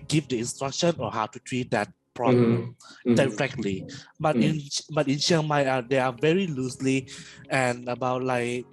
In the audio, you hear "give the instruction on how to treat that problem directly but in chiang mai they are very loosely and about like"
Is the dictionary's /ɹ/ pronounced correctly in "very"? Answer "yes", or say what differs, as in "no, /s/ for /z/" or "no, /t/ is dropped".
yes